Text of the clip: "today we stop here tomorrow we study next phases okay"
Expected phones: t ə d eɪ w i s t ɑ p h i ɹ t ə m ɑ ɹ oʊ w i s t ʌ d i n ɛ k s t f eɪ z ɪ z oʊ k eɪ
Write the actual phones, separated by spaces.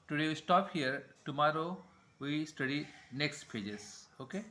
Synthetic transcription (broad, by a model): t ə d eɪ w i s t ɑ p h i ɹ t ə m ɑ ɹ oʊ w i s t ʌ d i n ɛ k s t p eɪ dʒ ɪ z oʊ k eɪ